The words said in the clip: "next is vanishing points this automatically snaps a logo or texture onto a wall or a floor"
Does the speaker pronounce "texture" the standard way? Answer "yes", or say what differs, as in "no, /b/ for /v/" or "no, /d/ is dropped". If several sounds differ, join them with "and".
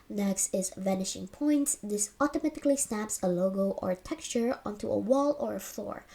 yes